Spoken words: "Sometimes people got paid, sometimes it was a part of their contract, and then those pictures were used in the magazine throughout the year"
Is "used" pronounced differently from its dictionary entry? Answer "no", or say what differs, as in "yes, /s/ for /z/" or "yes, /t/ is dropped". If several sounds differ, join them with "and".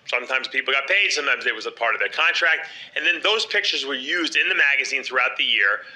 no